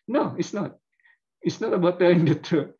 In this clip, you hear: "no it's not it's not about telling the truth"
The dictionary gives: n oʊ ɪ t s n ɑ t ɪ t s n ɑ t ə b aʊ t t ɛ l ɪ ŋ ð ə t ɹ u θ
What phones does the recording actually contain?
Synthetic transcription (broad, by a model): n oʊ ɪ t s n ɑ t ɪ t s n ɑ t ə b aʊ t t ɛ ɪ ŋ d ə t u